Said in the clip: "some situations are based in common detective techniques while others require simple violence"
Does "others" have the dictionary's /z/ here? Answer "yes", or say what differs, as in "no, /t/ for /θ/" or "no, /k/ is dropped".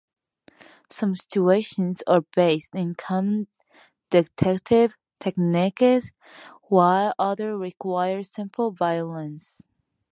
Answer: no, /z/ is dropped